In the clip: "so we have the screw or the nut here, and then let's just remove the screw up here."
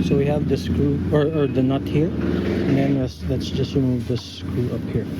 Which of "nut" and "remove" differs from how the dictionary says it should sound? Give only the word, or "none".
remove